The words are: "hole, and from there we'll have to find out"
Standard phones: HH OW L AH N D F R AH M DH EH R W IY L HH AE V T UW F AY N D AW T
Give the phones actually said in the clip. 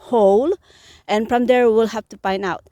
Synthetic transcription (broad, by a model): HH OW L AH N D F R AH M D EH R W IY L HH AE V T UW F AY N AW T